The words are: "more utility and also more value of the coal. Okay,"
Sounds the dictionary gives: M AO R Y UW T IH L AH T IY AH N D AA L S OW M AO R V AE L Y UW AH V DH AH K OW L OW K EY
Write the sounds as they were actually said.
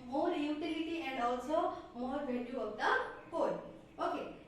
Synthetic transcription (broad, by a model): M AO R Y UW T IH L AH T IY AH N D AA L S OW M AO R B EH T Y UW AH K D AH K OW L OW K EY